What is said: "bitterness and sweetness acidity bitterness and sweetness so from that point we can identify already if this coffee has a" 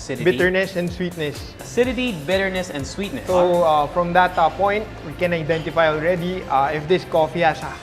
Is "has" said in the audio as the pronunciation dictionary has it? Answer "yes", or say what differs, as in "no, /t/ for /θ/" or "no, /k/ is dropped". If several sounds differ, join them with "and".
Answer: no, /s/ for /z/